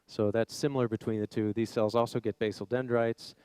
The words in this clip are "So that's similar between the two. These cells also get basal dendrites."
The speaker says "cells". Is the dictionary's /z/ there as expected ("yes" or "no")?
yes